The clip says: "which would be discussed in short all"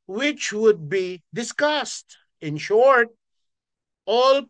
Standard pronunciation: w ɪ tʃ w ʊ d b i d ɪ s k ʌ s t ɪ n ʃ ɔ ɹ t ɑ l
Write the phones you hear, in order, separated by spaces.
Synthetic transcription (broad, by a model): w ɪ tʃ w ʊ d b i d ɪ s k ʌ s t ɪ n ʃ ɔ ɹ t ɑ l